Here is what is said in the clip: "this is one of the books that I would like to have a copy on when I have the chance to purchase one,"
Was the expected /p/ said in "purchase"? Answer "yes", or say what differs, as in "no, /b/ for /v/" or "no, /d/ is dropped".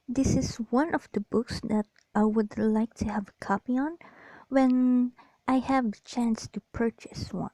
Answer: yes